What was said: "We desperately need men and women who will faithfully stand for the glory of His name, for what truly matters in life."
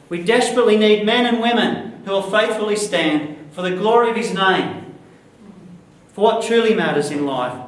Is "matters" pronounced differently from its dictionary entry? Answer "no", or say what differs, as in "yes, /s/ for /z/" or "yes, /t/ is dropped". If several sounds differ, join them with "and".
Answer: no